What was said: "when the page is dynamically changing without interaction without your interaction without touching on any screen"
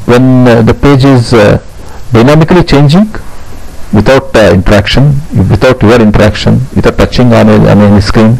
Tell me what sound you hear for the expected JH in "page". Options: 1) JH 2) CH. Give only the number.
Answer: 1